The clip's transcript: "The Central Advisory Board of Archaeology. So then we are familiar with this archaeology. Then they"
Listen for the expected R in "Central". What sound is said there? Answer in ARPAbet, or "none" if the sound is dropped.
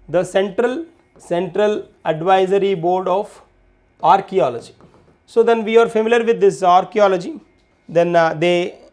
R